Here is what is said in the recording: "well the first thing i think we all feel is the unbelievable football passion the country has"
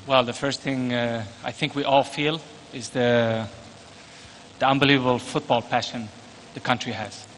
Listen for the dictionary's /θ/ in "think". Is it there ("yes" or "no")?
yes